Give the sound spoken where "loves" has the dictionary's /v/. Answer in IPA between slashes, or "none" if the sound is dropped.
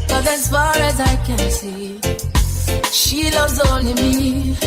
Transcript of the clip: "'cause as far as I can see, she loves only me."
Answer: none